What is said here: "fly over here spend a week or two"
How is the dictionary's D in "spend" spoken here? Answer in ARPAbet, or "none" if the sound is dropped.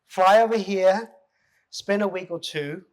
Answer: none